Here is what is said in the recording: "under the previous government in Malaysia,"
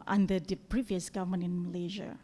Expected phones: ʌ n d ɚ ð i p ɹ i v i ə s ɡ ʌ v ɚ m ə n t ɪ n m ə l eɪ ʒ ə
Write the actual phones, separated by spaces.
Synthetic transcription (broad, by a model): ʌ n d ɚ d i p ɹ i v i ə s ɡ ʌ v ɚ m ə n ɪ n m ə l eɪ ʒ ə